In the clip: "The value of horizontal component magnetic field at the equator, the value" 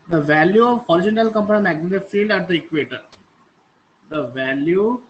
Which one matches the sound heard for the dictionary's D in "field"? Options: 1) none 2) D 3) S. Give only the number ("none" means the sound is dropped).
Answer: 2